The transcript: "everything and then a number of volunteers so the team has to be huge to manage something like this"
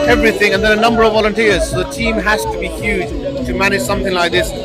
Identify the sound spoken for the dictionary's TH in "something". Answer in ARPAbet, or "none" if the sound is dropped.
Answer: TH